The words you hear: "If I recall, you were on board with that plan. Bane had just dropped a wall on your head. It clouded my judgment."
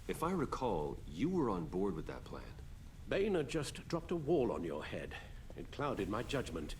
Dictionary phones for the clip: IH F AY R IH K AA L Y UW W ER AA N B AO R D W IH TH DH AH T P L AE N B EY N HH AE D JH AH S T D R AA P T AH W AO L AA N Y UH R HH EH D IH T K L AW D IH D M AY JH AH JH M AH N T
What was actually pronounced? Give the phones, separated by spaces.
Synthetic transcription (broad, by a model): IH F AY R IH K AA L Y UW W ER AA N B AO R D W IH DH AH T P L AE N B EY N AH JH AH S D R AA P T AH W AO L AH N Y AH R HH EH D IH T K L AW D IH D M AY JH AH JH M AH N T